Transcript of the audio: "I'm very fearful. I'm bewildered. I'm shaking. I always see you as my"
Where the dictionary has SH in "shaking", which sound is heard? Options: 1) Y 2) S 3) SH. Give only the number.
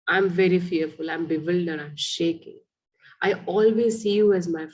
3